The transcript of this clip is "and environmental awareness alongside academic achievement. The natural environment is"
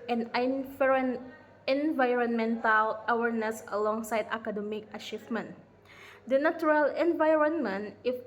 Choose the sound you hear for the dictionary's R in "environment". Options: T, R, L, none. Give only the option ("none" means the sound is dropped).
R